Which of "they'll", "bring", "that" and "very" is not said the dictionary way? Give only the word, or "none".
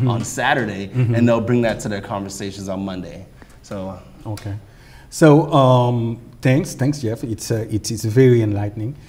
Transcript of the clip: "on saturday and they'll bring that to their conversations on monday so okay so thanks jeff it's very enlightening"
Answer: none